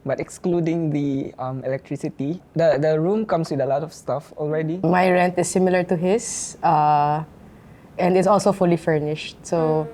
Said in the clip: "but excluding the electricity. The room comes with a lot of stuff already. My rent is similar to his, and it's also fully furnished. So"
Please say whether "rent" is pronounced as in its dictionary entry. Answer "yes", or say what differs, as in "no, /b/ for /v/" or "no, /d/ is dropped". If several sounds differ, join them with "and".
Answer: yes